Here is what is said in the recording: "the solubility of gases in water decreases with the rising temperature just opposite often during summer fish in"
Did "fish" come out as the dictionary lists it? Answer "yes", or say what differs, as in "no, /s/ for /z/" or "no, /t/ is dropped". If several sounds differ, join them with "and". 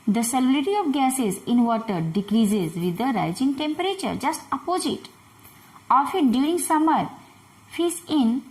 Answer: no, /s/ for /ʃ/